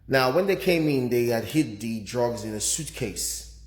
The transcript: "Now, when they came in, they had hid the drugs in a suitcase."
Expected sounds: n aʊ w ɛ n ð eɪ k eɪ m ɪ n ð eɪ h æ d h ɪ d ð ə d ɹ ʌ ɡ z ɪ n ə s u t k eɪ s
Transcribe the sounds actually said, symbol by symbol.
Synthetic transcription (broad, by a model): n aʊ w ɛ n ð eɪ k eɪ m ɪ n ð eɪ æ d h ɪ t ð ə d ɹ ʌ ɡ z ɪ n ə s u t k eɪ s